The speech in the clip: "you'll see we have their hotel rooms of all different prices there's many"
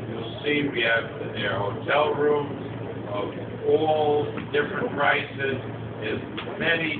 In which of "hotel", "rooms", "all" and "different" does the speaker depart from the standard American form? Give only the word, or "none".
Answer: none